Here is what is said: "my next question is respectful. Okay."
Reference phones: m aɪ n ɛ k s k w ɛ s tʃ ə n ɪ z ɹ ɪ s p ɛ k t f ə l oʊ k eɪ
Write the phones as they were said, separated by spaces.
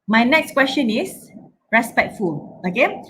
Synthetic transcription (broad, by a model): m aɪ n ɛ k s k w ɛ s tʃ ə n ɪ s ɹ ɪ s p ɛ k t f ə l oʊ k eɪ